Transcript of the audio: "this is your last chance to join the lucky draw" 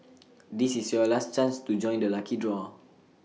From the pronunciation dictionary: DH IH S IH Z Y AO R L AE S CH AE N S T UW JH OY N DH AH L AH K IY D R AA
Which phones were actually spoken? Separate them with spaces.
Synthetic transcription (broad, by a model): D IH S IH S Y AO L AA S CH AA N S T UW JH OY N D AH L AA K IY D R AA